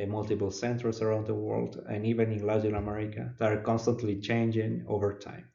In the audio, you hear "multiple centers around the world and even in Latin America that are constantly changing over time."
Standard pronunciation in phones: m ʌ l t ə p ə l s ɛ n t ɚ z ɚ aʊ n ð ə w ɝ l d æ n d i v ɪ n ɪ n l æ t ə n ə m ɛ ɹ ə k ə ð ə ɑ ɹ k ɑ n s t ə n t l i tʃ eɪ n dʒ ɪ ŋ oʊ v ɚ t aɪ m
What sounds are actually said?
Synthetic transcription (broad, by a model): m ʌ l t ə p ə l s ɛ n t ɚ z ɚ aʊ n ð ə w ɝ l d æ n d i v ɪ n ɪ n l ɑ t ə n ə m ɛ ɹ ə k ə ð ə ɑ ɹ k ɑ n s t ə n t l i tʃ eɪ n dʒ ɪ ŋ oʊ v ɚ t aɪ m